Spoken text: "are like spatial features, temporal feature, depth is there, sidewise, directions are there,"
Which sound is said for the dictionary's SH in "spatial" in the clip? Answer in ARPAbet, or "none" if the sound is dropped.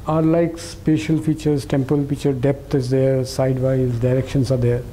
SH